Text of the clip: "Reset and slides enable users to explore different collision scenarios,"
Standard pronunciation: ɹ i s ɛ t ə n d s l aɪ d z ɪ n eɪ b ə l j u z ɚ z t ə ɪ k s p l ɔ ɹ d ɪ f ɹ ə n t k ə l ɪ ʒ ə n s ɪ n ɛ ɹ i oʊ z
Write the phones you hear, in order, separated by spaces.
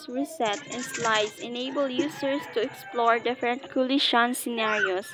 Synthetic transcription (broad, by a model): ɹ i s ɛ t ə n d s l aɪ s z ɪ n eɪ b ə l j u s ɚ s t ə ɪ k s p l ɔ ɹ d ɪ f ɹ ə n t k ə l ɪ ʃ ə n s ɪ n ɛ ɹ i oʊ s